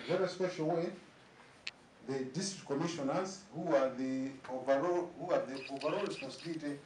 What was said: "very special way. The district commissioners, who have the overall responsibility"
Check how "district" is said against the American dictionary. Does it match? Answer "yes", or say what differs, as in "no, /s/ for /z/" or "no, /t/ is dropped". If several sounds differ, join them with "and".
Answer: no, /k/ is dropped